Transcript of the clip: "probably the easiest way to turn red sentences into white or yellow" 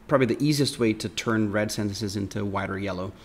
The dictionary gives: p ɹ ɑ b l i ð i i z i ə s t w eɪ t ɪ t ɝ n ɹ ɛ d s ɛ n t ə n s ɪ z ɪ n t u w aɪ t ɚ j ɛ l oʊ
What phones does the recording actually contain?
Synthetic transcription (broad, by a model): p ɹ ɑ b l i ð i i z i ə s t w eɪ t ɪ t ɝ n ɹ ɛ d s ɛ n t ə n s ɪ z ɪ n t u w aɪ t ɚ j ɛ l oʊ